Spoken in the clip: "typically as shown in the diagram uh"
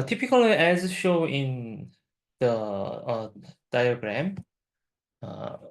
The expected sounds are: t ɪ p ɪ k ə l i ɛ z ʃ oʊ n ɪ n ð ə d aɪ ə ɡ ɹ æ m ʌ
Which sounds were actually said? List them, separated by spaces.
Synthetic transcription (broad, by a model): t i p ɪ k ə l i ɛ z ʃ oʊ ɪ n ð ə d aɪ ə ɡ ɹ æ m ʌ